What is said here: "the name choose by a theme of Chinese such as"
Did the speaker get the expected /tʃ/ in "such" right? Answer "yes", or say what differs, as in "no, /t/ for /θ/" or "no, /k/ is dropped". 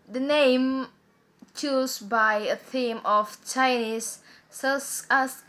no, /s/ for /tʃ/